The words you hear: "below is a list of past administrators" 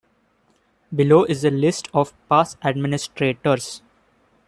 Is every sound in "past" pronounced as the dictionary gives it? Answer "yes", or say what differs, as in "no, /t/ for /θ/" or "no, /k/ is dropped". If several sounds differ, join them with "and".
no, /t/ is dropped